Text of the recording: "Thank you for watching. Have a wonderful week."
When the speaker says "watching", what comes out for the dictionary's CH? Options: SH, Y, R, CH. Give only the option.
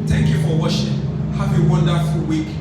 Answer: SH